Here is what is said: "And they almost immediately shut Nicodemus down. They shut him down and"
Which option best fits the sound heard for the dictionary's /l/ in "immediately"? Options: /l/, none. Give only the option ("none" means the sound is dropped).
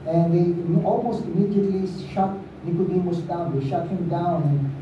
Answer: /l/